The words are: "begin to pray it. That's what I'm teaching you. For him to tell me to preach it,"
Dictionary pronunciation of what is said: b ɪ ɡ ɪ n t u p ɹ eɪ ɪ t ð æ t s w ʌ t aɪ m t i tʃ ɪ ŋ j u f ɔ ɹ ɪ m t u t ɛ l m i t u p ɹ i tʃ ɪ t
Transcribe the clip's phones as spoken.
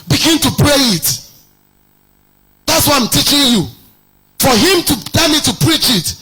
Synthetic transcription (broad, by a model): b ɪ ɡ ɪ n t u p ɹ eɪ ɪ t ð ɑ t s w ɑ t aɪ m t i tʃ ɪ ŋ j u f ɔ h ɪ m t u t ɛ m i t u p ɹ i tʃ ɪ t